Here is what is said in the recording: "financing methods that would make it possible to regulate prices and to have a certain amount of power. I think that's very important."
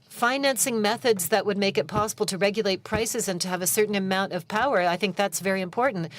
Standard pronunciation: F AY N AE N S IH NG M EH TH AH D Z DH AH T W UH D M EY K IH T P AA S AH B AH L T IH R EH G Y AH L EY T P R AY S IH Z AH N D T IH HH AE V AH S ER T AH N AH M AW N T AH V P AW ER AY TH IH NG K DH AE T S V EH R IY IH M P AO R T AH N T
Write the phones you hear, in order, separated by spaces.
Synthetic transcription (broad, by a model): F AY N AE N S IH NG M EH TH AH D Z DH AH T W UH D M EY K IH T P AA S AH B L T IH R EH G Y AH L EY T P R AY S IH Z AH N T IH V AH S ER T N AH M AW N T AH V P AW ER AY TH IH NG K DH AE T S V EH R IY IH M P AO R T N T